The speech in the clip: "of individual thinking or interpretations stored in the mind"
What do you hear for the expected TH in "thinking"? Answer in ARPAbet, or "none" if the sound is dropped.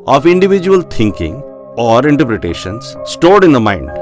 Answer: T